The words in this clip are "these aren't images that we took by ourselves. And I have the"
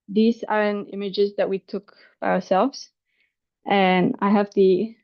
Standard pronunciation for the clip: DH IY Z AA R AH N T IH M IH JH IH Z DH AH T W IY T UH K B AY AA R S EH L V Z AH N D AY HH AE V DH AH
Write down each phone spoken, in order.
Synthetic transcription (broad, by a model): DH IY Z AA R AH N IH M IH JH IH Z DH AH T W IY T UH K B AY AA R S EH L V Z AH N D AY HH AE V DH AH